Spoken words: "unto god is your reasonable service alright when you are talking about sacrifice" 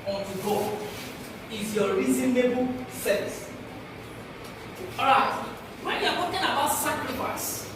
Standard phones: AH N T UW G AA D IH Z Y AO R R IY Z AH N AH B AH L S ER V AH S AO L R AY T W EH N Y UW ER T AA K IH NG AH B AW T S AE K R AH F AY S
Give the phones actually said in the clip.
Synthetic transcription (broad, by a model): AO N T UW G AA IH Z Y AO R R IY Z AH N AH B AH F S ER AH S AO R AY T W EH N Y UW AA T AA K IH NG AH B AW T S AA K R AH F AY S